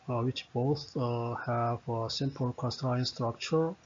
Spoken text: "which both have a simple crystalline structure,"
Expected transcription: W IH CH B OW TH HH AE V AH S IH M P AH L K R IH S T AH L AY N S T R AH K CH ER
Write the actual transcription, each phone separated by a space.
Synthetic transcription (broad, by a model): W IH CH B OW TH HH AE V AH S IH M P AH L K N S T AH AY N S T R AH K CH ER